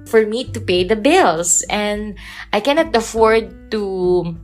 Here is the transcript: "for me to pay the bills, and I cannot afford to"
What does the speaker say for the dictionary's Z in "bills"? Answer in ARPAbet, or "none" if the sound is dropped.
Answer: S